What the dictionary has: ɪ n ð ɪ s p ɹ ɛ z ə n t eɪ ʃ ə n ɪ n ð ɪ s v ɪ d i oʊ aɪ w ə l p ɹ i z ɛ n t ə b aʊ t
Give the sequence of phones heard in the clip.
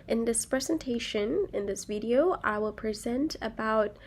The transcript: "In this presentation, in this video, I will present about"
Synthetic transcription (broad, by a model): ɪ n ð ɪ s p ɹ ɛ z ə n t eɪ ʃ ə n ɪ n ð ɪ s v ɪ d i oʊ aɪ w ə l p ɹ i z ɛ n t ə b aʊ t